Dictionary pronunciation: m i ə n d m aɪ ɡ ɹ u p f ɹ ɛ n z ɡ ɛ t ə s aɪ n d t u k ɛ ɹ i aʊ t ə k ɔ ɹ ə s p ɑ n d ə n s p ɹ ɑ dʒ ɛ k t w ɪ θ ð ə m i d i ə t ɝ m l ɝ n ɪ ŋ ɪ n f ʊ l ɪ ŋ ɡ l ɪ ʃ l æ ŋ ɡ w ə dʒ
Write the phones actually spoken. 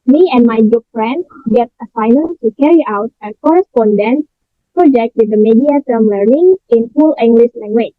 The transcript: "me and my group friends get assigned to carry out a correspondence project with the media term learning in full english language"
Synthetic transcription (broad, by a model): m i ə n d m aɪ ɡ u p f ɹ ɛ n s ɡ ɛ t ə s aɪ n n t u k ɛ ɹ i aʊ t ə k ɔ ɹ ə s p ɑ n d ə n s p ɹ ɑ dʒ ɛ k t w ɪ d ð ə m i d i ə t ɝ m l ɝ n ɪ ŋ ɪ n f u l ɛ ŋ ɡ l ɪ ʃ l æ ŋ ɡ w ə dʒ